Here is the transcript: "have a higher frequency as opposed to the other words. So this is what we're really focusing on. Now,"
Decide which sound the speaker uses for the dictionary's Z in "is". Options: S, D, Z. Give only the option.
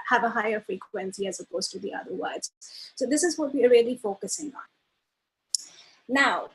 Z